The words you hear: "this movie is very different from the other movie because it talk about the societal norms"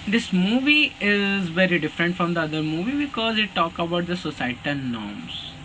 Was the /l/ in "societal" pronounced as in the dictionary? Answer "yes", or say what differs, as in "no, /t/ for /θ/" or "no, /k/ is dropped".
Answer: no, /n/ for /l/